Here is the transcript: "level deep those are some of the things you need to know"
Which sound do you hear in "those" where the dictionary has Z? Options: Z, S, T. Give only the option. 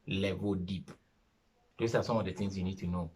S